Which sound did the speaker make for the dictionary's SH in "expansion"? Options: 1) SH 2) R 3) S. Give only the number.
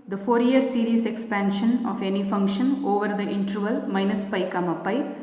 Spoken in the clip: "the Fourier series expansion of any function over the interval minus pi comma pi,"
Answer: 1